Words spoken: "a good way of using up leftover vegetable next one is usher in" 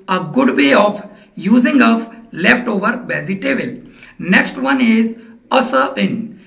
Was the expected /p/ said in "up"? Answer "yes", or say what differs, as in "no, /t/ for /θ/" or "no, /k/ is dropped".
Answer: no, /f/ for /p/